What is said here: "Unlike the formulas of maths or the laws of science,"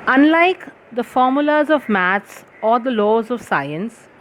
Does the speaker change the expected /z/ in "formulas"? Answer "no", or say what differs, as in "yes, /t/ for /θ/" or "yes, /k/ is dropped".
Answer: no